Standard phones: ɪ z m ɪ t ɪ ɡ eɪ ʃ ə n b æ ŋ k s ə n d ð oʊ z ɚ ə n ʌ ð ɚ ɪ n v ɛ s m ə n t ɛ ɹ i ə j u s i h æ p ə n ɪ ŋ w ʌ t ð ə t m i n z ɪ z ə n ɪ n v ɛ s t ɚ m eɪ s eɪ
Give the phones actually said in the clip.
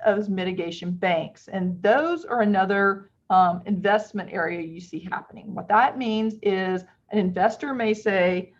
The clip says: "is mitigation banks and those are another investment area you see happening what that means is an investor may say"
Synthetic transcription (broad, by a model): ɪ z m ɪ t ɪ ɡ eɪ ʃ ə n b æ ŋ k s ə n ð oʊ z ɚ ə n ʌ ð ɚ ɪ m v ɛ s m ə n t ɛ ɹ i ə j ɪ s i h æ p ə n ɪ ŋ w ʌ t ð ə t m i n z ɪ z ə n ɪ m v ɛ s t ɚ m eɪ s eɪ